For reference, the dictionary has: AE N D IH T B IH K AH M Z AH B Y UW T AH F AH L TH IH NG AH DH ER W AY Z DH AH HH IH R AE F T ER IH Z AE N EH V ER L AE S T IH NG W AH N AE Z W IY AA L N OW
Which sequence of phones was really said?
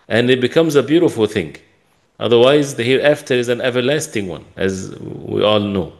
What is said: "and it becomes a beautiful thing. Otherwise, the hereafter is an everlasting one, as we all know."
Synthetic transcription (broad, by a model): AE N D IH T B IH K AH M Z AH B Y UW T AH F AH L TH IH NG AH DH ER W AY Z DH AH HH IH R AE F T ER IH Z AE N EH V ER L AE S T IH NG W AH N AE Z W IY AA L N OW